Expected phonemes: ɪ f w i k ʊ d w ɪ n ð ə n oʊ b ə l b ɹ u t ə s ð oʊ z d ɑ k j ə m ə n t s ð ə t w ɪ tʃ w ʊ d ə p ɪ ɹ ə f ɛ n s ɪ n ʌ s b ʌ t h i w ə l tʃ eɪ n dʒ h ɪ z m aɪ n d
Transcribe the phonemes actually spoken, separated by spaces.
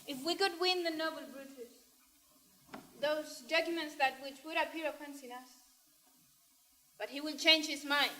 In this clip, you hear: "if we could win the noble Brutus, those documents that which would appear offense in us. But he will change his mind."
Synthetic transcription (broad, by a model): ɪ f w i k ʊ d w ɪ n ð ə n oʊ b ə l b ɹ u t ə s ð oʊ z d ɑ k j ə m ə n t s ð ə t w ɪ tʃ w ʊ d ə p ɪ ɹ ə p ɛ n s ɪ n ʌ s b ʌ t h i w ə n tʃ eɪ n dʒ h ɪ z m aɪ n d